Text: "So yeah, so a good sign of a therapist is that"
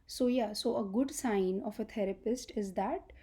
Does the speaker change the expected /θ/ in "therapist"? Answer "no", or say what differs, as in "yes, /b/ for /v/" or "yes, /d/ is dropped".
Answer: yes, /t/ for /θ/